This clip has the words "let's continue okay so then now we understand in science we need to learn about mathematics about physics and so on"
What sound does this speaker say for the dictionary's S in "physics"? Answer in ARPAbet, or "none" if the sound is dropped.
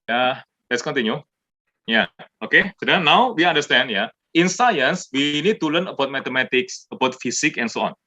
none